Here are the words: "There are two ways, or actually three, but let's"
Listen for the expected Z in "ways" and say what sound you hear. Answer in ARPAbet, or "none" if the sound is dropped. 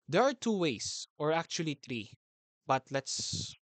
S